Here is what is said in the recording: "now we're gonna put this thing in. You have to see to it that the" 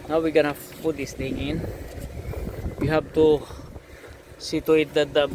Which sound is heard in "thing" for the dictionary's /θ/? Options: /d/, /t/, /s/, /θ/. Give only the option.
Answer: /t/